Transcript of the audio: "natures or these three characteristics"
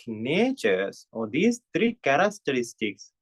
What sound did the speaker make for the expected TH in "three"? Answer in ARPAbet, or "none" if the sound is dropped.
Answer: T